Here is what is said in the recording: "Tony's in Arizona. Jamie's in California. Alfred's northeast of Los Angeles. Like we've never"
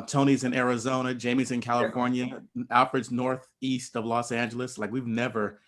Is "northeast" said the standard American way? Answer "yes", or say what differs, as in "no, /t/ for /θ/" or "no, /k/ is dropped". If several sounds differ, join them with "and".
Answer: yes